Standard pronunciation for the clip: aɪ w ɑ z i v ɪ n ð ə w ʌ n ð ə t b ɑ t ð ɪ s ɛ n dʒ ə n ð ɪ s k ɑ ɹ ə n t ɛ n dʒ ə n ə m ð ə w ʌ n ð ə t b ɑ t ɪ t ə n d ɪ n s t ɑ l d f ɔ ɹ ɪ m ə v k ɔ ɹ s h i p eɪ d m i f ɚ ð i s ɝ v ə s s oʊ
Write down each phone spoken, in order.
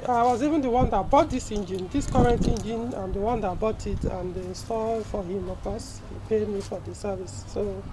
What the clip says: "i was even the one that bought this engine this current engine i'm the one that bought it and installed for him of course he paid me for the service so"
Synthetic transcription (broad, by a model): aɪ w ɑ z i v ɪ n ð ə w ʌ n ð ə t b ɑ t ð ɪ s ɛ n dʒ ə n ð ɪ s k ɑ ɹ ə n t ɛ n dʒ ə n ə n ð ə w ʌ n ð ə t b ɑ t ɪ t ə n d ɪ s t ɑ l f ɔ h ɪ m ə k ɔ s h i p eɪ d m i f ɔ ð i s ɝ v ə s s oʊ